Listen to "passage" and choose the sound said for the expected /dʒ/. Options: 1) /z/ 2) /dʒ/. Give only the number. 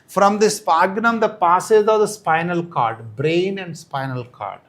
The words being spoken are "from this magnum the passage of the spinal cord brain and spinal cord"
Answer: 1